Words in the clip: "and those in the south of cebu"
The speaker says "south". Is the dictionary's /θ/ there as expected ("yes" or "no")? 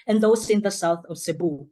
yes